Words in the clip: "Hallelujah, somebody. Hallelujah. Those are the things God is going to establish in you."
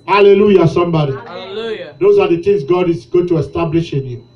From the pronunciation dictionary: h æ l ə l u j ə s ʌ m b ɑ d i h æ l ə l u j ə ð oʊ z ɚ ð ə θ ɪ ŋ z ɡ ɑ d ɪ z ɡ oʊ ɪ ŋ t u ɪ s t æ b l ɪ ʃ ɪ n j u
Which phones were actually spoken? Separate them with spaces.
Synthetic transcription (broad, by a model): h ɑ l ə l u j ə s ʌ m b ɑ d i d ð oʊ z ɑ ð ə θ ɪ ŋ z ɡ ɑ d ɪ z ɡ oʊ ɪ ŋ t u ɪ s t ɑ b l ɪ ʃ ɪ n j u